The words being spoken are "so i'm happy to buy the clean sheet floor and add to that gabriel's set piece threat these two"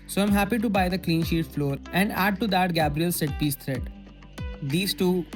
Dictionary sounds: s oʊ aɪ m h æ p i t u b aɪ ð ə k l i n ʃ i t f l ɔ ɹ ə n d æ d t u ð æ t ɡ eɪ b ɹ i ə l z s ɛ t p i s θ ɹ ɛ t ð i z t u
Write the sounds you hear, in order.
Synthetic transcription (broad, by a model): s oʊ aɪ m h æ p i t u b aɪ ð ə k l i n ʃ i t f l ɔ ɹ ə n d æ d t u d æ t ɡ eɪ b ɹ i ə l s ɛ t p i s t ɹ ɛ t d i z t u